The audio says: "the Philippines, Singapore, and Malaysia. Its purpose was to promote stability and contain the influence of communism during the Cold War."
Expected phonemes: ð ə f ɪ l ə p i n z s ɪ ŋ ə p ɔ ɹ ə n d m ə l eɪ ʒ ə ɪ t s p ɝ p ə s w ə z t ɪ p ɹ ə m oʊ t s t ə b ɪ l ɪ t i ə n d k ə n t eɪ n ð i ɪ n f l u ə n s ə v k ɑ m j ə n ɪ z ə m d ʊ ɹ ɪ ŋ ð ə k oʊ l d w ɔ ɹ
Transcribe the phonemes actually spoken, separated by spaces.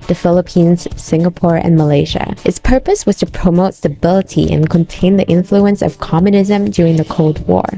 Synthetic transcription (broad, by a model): ð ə f ɪ l ə p i n z s ɪ ŋ ə p ɔ ɹ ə n m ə l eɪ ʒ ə ɪ t s p ɝ p ə s w ə z t ɪ p ɹ ə m oʊ t s t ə b ɪ l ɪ t i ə n k ə n t eɪ n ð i ɪ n f l u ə n s ə v k ɑ m j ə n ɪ z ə m d ʊ ɹ ɪ ŋ ð ə k oʊ l d w ɔ ɹ